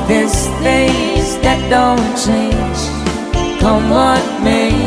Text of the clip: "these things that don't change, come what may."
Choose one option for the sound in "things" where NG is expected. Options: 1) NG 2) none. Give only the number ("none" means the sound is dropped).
2